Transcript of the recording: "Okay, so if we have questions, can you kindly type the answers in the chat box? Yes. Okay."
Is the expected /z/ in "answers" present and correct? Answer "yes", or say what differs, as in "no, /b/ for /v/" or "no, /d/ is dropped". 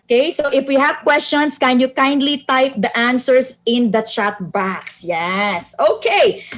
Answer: no, /s/ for /z/